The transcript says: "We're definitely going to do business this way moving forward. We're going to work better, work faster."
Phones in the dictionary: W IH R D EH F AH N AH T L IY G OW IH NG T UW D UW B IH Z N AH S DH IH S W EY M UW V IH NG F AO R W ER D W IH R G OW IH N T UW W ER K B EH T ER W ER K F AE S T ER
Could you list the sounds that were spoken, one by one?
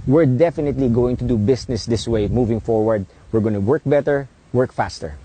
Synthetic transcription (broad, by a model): W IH R D EH F AH N AH T L IY G OW IH NG T UW D UW B IH S N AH S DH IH S W EY M UW V IH NG F AO R W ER D W IH R G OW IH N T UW W ER K B EH T ER W ER K F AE S T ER